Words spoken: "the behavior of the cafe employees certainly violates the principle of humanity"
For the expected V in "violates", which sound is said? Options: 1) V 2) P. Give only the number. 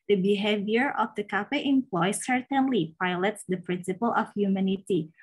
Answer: 2